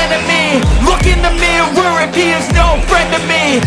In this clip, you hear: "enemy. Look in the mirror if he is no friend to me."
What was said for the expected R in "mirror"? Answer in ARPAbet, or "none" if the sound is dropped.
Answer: W